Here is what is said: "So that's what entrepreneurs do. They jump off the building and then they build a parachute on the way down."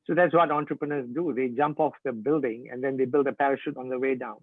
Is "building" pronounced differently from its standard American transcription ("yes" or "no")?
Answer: no